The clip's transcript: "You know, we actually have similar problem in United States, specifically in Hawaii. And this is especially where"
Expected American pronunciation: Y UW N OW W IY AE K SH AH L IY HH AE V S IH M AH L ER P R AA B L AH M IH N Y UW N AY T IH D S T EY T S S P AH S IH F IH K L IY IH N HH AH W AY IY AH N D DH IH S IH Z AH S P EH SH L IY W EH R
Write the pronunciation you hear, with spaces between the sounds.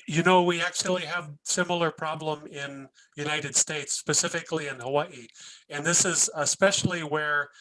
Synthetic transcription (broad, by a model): Y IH N OW W IY AE K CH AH L IY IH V S IH M L ER P R AA B L AH M IH N Y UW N AY T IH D S T EY T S S P AH S IH F IH K L IY IH N HH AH W AY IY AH N DH IH S IH Z AH S P EH SH L IY W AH R